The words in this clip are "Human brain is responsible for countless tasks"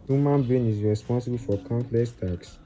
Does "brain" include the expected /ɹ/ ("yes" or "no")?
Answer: no